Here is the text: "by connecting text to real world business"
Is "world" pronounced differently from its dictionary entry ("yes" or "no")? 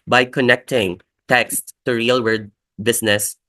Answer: yes